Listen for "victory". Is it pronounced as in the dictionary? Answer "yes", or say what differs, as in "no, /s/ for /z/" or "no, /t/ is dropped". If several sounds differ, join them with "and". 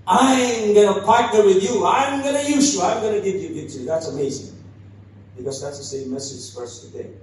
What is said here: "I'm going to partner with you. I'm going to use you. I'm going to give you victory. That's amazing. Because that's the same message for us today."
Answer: no, /k/ is dropped